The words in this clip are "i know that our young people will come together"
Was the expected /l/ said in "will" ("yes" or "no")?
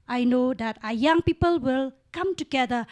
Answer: yes